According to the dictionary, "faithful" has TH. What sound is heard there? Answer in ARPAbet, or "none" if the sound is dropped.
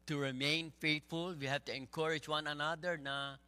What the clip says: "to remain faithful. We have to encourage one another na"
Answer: T